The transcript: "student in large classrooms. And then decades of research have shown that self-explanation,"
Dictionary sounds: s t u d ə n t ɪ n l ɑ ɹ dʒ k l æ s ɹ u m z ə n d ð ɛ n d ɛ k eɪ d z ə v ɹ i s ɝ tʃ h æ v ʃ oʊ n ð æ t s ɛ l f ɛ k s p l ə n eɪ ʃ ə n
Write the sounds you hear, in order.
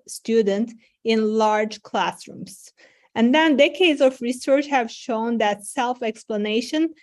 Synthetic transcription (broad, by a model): s t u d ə n t ɪ n l ɑ ɹ dʒ k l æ s ɹ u m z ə n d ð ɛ n d ɛ k eɪ d z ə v ɹ i s ɝ tʃ h æ v ʃ oʊ n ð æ t s ɛ l f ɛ k s p l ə n eɪ ʃ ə n